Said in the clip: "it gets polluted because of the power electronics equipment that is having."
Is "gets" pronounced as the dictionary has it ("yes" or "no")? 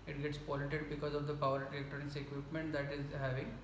yes